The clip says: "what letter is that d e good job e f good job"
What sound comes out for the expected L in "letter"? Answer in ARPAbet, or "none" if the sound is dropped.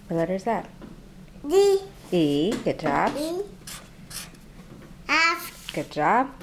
W